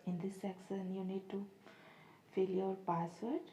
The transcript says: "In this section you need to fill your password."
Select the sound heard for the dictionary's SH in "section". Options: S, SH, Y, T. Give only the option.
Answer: S